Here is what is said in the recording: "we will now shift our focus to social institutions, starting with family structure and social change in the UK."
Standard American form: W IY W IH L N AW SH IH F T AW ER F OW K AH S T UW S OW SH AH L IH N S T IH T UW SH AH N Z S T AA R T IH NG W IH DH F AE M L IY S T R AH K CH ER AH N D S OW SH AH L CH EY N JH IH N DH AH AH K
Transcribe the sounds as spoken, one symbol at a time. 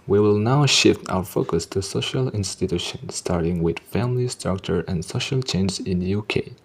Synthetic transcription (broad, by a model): W IY W IH L N AW SH IH F T AW ER F OW K AH S T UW S OW SH AH L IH N S T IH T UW SH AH N S T AA R T IH NG W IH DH F AE M L IY S T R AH K CH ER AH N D S OW SH AH L CH EY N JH IH N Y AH K